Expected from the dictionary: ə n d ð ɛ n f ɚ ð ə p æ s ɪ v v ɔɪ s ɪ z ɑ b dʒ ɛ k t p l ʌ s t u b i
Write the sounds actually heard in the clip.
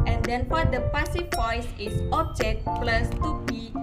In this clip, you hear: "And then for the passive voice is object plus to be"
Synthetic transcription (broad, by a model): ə n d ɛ n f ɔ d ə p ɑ s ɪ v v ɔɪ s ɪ s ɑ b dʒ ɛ k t p l ʌ s t u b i